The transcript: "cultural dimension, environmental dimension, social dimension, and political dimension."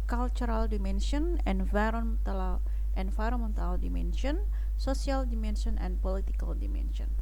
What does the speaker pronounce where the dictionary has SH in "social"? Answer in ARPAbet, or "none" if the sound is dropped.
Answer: S